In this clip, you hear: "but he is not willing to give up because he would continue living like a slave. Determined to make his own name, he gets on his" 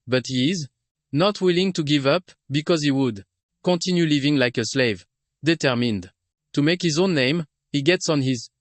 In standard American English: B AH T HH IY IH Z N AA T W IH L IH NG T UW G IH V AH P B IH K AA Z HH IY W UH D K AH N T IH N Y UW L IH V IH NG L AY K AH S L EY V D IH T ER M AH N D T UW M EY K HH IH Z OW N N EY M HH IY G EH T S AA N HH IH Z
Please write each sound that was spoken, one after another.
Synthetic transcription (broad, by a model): B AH T HH IY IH Z N AA T W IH L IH NG T UW G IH V AH P B IH K AA Z HH IY W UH D K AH N T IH N Y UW L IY V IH NG L AY K AH S L EY V D IH T ER M AH N D T UW M EY K HH IH Z OW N N EY M HH IY G EH T S AA N HH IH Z